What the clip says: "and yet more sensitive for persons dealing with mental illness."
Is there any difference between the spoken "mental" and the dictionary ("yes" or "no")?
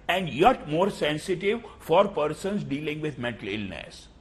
no